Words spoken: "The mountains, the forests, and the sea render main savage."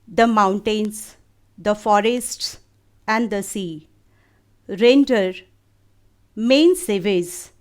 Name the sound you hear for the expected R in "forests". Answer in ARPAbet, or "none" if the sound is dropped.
R